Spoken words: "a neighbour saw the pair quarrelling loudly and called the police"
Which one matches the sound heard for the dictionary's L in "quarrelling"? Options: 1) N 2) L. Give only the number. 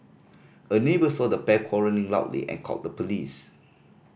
1